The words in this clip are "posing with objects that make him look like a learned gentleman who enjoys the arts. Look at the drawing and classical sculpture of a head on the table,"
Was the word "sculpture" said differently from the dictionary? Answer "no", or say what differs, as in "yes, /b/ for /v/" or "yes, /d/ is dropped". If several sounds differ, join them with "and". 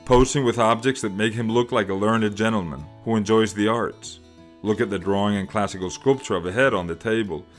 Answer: no